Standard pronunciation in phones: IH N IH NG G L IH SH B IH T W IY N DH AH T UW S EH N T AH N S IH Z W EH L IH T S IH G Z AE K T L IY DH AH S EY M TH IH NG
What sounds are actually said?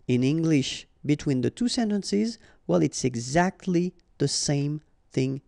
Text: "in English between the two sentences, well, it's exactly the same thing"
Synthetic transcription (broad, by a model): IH N IH NG G L IH SH B IH T W IY N DH AH T UW S EH N T AH N S IH Z W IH L IH T S IH G Z AE K T L IY DH AH S EY M TH IH NG